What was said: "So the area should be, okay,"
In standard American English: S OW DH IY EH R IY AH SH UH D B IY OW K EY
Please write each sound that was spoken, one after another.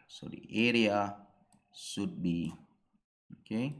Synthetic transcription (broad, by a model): S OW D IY EH R IY AH S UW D B IY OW K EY